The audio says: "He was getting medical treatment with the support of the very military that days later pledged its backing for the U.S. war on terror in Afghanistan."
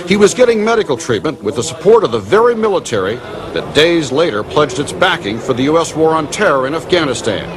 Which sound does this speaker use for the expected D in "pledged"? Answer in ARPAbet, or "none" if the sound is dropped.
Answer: D